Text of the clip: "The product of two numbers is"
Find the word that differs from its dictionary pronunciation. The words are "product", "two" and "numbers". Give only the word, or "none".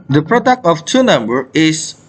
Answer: numbers